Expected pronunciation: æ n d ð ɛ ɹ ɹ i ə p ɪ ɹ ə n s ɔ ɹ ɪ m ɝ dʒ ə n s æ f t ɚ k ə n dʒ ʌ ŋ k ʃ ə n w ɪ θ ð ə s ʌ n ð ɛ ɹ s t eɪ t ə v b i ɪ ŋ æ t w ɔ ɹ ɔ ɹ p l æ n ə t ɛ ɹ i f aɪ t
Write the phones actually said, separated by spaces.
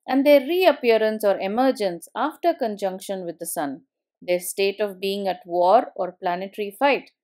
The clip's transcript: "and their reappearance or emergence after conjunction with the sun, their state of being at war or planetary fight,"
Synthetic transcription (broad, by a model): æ n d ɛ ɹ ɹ i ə p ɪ ɹ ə n s ɔ ɹ ɪ m ɝ dʒ ə n s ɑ f t ɚ k ə n dʒ ʌ ŋ k ʃ ə n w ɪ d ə s ʌ n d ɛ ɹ s t eɪ t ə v b i ɪ ŋ æ t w ɔ ɹ ɔ ɹ p l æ n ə t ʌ ɹ i f aɪ t